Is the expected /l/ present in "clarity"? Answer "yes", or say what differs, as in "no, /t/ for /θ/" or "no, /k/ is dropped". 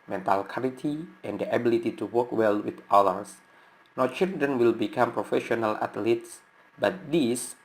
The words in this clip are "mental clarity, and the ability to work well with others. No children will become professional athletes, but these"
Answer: no, /l/ is dropped